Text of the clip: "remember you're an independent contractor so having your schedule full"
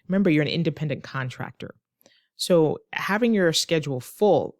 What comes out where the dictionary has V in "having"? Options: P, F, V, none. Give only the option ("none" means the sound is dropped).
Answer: V